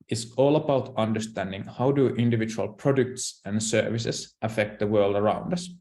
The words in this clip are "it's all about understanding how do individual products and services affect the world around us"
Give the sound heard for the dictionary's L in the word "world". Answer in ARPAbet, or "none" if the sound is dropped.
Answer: L